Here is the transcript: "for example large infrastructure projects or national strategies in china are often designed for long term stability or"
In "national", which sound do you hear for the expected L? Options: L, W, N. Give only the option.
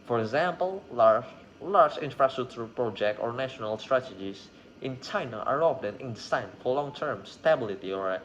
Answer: L